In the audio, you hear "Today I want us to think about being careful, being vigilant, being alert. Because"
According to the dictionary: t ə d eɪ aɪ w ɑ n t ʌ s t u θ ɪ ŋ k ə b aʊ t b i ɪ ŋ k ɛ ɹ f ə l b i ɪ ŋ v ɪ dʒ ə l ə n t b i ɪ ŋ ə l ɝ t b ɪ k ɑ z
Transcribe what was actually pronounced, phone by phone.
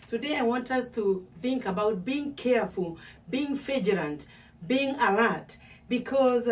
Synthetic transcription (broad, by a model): t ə d eɪ aɪ w ɑ n t ʌ s t u θ ɪ ŋ k ə b aʊ t b i ɪ ŋ k ɛ ɹ f ə l b i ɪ ŋ f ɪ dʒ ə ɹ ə n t b i ɪ ŋ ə l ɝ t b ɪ k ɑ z